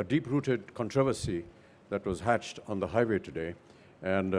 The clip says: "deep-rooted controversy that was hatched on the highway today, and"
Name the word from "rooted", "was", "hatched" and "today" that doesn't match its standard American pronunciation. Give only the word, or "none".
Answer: none